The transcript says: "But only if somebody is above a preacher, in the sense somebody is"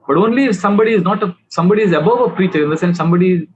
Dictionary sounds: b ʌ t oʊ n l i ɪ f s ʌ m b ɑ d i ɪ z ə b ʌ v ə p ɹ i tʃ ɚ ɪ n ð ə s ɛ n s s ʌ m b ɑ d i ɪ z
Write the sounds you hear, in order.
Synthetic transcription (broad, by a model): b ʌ t oʊ n l i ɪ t s ʌ m b ɑ d i ɪ z ə b ʌ v ə p ɹ i tʃ ɚ ɪ n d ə s ɛ n s s ʌ m b ɑ d i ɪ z